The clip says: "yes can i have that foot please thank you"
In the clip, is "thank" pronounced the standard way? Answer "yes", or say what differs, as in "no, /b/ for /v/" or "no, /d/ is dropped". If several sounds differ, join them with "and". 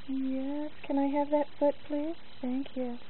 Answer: yes